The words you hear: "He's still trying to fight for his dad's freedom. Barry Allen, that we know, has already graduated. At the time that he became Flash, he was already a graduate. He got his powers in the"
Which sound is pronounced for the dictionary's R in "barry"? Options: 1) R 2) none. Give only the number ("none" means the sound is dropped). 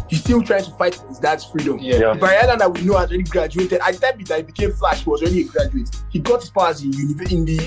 2